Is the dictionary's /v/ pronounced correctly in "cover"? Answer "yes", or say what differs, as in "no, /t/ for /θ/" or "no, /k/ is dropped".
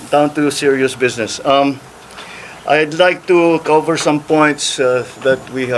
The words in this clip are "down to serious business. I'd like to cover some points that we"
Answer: yes